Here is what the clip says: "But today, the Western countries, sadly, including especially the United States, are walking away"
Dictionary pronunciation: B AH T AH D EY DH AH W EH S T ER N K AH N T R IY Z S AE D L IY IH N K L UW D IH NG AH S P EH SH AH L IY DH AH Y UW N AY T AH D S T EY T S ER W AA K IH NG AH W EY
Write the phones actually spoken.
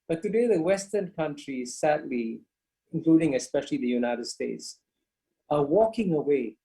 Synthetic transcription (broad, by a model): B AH T AH D EY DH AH W EH S T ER N K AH N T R IY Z S AE D L IY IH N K L UW D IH NG AH S P EH SH AH L IY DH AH Y UW N AY T AH D S T EY T S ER W AA K IH NG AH W EY